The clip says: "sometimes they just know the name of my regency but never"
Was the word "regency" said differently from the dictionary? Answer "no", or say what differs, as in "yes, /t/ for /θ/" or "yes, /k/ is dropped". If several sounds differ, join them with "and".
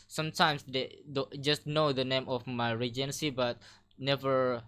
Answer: no